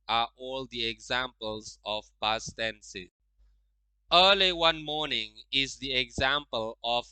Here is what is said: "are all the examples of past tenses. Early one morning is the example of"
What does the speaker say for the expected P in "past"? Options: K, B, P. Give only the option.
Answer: B